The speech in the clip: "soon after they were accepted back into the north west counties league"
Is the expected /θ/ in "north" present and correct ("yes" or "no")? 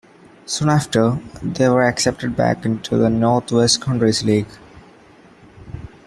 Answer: no